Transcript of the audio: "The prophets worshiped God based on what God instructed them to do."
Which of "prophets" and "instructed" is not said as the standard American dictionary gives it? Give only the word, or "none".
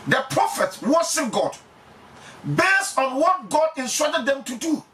instructed